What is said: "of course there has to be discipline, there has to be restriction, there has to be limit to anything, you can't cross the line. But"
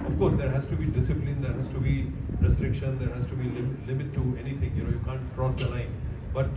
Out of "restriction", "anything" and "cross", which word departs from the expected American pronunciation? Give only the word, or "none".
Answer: anything